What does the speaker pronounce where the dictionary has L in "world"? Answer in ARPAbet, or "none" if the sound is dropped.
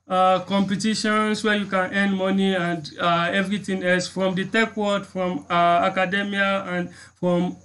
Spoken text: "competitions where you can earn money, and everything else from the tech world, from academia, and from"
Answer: none